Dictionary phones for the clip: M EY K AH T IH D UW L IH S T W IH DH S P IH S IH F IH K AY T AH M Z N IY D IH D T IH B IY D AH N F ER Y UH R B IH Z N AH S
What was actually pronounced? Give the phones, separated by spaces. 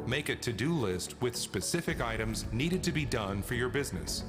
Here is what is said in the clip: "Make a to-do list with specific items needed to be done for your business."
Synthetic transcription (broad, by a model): M EY K AH T IH D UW L IH S T W IH DH S P IH S IH F IH K AY T AH M Z N IY D IH D T IH B IY D AH N F ER Y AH R B IH Z N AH S